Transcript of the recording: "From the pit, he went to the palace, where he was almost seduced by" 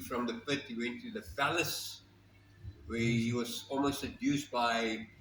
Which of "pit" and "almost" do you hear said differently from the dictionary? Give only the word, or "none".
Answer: pit